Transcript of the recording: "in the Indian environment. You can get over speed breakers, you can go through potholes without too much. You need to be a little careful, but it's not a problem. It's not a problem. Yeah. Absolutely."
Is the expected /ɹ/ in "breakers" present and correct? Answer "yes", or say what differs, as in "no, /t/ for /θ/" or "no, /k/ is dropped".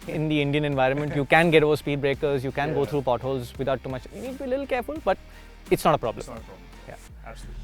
yes